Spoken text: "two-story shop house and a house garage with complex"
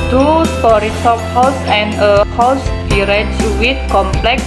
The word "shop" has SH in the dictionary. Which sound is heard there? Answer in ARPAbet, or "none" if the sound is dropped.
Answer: S